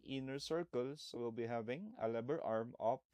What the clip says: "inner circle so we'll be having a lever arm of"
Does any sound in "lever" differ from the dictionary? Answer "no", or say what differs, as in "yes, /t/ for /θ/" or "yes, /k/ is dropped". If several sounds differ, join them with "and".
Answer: yes, /b/ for /v/